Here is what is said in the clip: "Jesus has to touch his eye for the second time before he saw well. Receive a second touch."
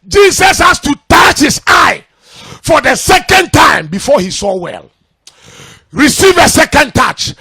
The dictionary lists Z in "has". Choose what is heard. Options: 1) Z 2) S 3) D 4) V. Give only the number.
2